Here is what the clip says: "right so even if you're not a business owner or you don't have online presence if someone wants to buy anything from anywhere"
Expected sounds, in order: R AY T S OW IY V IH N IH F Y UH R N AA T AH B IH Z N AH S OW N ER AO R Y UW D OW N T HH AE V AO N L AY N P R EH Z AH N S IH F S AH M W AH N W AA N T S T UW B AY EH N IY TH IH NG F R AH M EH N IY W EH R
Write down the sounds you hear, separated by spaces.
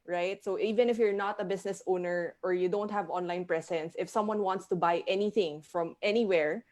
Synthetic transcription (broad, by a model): R AY T S OW IY V IH N IH F Y UH R N AA T AH B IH S N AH S OW N ER AO R Y UW D OW N T HH AE V AO N L AY N P R EH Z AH N S IH F S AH M W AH N W AA N T S T UW B AY EH N IY TH IH NG F R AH M EH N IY W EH R